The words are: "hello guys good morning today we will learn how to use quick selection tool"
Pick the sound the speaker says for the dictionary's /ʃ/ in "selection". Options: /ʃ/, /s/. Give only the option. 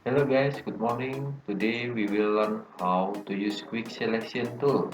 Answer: /s/